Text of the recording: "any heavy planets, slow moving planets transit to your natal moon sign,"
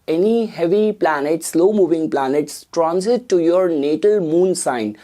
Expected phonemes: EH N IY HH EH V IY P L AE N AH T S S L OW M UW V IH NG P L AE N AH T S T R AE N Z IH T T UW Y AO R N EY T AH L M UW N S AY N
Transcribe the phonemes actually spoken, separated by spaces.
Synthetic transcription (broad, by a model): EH N IY HH EH V IY P L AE N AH T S S L OW M UW V IH NG P L AE N AH T S T R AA N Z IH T T UW Y AO R N EY T AH L M UW N S AY N